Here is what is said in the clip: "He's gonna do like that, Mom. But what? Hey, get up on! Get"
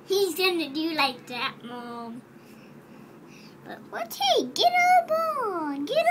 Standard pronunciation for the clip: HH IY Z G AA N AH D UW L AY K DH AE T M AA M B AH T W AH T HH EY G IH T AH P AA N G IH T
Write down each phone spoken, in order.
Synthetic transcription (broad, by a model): HH IY Z G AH N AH D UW L AY K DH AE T M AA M B AH T W AH T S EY G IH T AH B AA N G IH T